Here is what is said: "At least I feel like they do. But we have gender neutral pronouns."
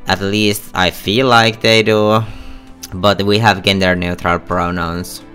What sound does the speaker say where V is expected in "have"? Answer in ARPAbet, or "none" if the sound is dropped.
V